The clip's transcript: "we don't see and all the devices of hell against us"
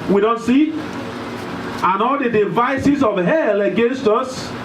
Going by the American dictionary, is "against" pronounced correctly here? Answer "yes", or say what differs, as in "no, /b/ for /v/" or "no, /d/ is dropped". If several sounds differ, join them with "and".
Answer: yes